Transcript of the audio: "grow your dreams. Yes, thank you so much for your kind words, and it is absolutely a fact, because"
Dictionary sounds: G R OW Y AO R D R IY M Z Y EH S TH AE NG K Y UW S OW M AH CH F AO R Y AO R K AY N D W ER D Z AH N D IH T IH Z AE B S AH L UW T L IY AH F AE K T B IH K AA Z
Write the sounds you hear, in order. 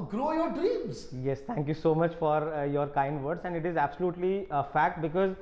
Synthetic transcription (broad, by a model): G R OW Y AO R D R IY M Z Y EH S T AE NG K Y UW S OW M AH CH F AO R Y AO R K AY N D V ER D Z AH N D IH T IH Z AE B S AH L UW T L IY AH F AE K T B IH K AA Z